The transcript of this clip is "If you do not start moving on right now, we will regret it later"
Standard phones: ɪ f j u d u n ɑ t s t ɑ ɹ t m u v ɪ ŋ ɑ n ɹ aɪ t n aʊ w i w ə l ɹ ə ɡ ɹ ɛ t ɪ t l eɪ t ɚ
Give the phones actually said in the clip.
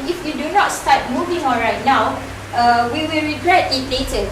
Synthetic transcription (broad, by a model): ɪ f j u d u n ɑ t s t ɑ t m u v ɪ ŋ ɑ l ɹ aɪ t n aʊ w i w ə l ɹ ə ɡ ɹ ɛ t ɪ t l eɪ t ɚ